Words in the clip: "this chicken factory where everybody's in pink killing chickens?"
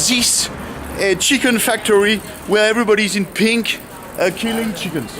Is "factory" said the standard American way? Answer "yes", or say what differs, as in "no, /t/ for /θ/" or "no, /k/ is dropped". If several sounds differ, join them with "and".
yes